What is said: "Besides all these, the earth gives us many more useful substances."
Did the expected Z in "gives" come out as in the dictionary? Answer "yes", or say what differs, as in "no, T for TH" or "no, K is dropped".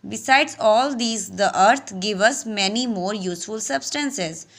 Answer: no, Z is dropped